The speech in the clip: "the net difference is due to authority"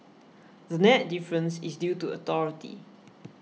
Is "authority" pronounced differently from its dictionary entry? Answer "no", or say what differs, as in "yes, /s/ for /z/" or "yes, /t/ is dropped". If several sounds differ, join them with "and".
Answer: yes, /t/ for /θ/